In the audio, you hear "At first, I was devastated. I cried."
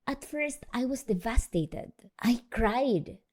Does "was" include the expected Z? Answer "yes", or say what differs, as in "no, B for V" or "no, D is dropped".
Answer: no, S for Z